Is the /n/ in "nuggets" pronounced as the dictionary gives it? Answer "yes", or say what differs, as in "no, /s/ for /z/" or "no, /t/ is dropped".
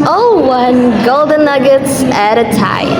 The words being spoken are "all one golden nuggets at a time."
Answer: yes